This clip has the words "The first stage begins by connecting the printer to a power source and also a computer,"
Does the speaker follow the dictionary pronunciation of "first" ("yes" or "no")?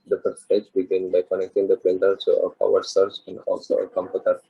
no